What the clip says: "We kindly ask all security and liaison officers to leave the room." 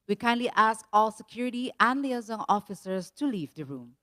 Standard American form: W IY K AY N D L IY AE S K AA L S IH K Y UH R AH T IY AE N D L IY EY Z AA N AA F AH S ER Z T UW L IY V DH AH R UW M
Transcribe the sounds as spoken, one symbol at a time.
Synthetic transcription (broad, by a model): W IY K AY N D L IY AE S K AA L S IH K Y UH R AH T IY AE N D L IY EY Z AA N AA F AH S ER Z T UW L IY V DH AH R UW M